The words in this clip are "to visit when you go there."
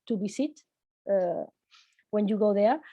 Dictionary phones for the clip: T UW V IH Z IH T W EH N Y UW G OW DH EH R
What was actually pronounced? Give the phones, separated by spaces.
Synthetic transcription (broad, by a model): T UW B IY S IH T W EH N Y UW G OW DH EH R